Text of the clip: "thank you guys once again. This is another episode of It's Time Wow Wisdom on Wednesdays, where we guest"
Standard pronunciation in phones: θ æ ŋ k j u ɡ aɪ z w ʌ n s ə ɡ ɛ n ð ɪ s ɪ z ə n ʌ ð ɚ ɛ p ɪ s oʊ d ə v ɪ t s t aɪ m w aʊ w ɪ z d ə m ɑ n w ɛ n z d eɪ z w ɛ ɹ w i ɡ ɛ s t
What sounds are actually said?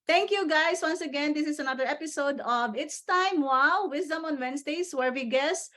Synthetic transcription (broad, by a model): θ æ ŋ k j u ɡ aɪ s w ʌ n s ə ɡ ɛ n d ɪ s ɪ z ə n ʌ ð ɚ ɛ p ɪ s oʊ d ə v ɪ t s t aɪ m w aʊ w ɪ s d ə m ɑ n w ɛ n s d eɪ s w ɛ ɹ w i ɡ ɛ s